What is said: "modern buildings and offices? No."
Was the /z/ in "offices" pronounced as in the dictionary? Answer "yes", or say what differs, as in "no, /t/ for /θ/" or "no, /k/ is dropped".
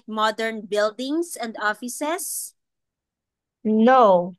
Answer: no, /s/ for /z/